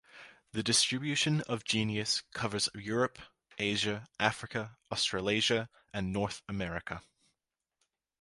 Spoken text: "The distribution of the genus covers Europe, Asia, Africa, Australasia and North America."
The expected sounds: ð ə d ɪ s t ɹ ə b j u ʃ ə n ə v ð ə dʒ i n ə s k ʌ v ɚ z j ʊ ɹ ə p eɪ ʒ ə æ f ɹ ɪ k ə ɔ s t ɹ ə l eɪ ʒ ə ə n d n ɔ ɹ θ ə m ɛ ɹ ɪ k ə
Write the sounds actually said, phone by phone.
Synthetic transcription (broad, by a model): ð ə d ɪ s t ɹ ə b j u ʃ ə n ə v dʒ i n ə s k ʌ v ɚ z j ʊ ɹ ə p eɪ ʒ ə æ f ɹ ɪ k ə ɔ s t ɹ ə l eɪ ʒ ə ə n n ɔ ɹ θ ə m ɛ ɹ ɪ k ə